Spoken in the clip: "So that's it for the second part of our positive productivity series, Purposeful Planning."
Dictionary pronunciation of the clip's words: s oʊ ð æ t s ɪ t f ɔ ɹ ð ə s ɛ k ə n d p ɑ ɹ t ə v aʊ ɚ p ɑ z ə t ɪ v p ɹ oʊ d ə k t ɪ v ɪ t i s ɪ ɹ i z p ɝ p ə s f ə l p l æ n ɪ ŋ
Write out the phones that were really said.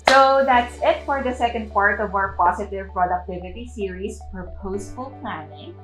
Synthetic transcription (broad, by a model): s oʊ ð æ t s ɪ t f ɔ ɹ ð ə s ɛ k ə n d p ɑ ɹ t ə v aʊ ɚ p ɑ s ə t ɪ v p ɹ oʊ d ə k t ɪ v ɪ t i s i ɹ i s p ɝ p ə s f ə l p l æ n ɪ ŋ